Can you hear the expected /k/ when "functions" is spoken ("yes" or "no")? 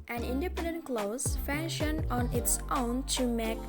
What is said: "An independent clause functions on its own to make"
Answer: no